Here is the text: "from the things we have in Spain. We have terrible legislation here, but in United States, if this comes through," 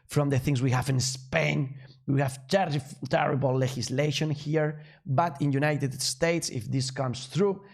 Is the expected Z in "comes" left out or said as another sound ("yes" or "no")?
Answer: yes